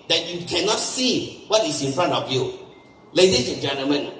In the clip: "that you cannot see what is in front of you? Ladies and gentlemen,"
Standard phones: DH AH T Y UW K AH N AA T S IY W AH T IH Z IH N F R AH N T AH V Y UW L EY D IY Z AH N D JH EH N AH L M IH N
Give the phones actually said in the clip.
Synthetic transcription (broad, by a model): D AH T Y UW K AH N AA T S IY W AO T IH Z IH N F R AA N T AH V Y UW L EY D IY S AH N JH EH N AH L M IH N